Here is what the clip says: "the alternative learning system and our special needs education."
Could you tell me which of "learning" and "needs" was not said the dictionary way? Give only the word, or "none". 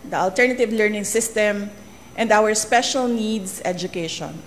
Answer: needs